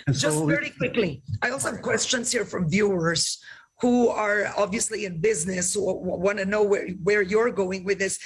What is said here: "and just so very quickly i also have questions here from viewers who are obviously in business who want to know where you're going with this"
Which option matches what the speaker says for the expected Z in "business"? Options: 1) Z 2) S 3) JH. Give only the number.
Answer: 1